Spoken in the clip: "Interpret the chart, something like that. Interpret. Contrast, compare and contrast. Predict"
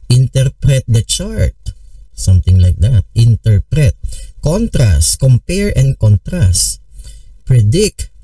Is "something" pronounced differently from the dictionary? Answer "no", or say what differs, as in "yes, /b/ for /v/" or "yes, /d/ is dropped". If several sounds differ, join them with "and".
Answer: yes, /t/ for /θ/